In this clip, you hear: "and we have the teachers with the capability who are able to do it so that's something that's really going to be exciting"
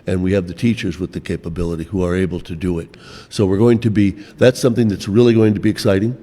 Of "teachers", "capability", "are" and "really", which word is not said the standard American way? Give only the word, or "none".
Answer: none